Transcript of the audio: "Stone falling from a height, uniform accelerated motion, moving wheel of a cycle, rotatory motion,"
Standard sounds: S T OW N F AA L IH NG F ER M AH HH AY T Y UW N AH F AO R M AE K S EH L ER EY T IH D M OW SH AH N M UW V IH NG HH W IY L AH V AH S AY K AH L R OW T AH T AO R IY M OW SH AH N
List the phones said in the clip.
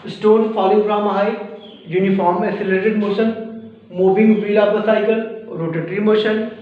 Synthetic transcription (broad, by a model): S T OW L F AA L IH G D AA M AH HH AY Y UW N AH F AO R M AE S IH L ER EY T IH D M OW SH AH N M UW V IH NG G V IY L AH P AH S AY K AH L R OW T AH T R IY M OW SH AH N